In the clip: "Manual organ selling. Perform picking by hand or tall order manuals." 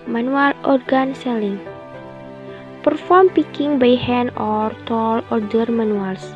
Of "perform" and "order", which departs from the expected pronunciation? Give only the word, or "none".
none